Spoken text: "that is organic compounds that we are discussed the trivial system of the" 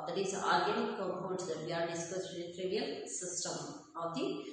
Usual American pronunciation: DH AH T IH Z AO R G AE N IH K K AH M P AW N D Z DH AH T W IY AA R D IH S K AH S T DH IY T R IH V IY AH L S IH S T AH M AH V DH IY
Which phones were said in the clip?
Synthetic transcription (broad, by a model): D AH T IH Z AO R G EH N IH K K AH P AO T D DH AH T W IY AA R D IH S K AH S T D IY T R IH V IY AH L S IH S T AH M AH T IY